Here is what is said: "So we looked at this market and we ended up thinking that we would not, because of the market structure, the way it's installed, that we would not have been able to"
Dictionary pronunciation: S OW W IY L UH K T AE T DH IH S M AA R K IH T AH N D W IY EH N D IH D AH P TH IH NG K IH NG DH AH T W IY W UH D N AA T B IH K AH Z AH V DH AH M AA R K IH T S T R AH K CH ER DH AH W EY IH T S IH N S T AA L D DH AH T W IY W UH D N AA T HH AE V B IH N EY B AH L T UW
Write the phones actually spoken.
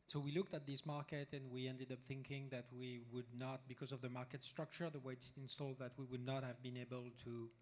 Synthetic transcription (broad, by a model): S OW W IY L UH K T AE T DH IH S M AA R K IH T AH N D W IY EH N D IH D AH P TH IH NG K IH NG DH AH T W IY W UH D N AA T B IH K AH Z AH V DH AH M AA R K IH T S T R AH K CH ER DH AH W EY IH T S IH N S T AA L D DH AH T W IY W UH D N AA T HH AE V B IH N EY B AH L T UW